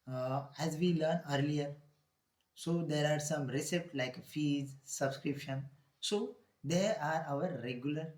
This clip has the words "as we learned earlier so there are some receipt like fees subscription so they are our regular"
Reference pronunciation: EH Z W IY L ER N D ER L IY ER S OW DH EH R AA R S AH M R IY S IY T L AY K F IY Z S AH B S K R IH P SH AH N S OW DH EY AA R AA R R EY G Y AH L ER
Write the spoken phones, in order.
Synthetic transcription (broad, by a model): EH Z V IY L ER N ER L IY ER S OW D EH R AA R S AH M R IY S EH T L AY K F IY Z S AH B S K R IH P SH AH N S OW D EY AA R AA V R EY G Y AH L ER